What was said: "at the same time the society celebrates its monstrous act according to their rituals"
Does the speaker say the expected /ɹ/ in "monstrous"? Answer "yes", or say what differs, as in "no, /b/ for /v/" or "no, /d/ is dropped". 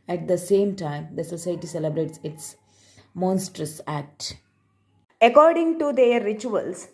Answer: yes